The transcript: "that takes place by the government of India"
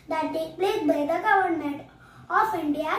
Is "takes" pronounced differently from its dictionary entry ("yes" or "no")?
yes